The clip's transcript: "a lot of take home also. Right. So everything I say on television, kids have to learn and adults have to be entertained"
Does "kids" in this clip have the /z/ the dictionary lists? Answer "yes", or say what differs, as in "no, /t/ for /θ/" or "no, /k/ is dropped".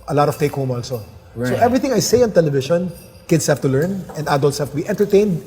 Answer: no, /s/ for /z/